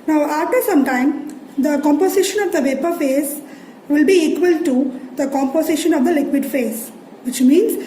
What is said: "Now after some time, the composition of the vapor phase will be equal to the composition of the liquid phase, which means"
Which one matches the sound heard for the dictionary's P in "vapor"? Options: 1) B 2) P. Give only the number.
2